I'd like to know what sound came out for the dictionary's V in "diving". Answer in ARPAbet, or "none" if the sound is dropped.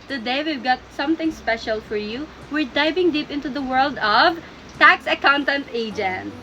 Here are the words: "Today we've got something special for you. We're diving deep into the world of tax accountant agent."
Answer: B